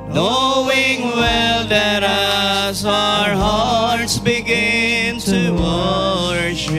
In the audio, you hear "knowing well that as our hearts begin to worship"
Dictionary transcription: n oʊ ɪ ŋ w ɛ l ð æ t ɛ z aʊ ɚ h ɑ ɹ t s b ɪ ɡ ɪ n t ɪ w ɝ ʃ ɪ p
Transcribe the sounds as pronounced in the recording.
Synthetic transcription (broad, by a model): n oʊ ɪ ŋ w ɛ l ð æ t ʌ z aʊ ɚ h ɑ ɹ t s b ɪ ɡ ɪ n t ɪ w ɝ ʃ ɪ